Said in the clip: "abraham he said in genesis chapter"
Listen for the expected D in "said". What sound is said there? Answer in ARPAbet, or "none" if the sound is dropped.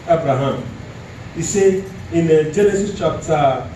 none